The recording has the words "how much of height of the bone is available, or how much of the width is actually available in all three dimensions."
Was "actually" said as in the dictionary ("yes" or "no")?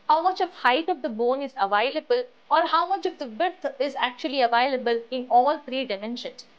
yes